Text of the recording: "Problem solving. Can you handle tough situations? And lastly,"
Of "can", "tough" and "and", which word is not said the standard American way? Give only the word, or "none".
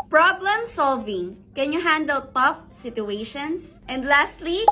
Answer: none